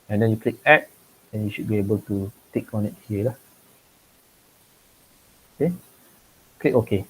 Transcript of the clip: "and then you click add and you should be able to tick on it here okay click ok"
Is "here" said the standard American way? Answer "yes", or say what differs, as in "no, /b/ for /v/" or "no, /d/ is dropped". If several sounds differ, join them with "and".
no, /l/ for /ɹ/